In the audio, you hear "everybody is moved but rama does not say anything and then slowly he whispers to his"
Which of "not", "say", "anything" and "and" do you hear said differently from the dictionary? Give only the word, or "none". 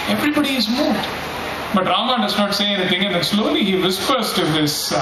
anything